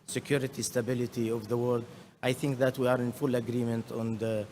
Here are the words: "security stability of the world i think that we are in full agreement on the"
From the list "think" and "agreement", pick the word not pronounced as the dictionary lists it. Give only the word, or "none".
none